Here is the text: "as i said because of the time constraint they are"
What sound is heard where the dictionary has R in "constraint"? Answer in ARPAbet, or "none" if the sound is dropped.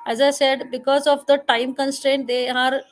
R